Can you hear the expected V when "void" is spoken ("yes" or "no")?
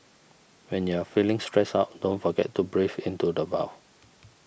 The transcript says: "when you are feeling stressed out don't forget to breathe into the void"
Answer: no